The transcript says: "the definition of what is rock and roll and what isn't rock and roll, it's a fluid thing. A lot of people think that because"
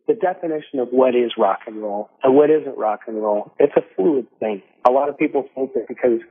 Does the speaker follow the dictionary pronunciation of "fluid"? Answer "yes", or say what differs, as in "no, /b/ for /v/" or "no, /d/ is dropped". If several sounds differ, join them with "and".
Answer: no, /l/ is dropped